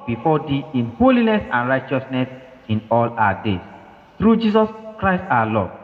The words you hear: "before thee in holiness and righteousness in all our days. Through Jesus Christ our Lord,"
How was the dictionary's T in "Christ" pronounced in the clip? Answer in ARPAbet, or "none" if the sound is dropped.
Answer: T